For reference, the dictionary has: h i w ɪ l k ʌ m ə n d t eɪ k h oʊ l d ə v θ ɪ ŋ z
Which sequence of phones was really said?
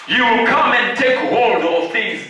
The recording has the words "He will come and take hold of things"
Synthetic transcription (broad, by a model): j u w ɪ l k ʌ m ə n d t eɪ k h oʊ l d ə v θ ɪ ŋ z